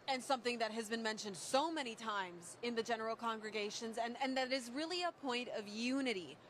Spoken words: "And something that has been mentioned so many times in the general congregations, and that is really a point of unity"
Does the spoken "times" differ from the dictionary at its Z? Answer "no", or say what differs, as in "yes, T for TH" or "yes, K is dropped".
no